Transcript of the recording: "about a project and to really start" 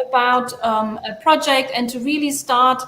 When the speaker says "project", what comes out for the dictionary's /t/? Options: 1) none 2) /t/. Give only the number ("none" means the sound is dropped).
2